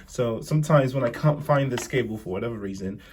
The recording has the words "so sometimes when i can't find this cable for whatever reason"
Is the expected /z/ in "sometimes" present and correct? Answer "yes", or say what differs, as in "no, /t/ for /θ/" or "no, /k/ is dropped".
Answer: yes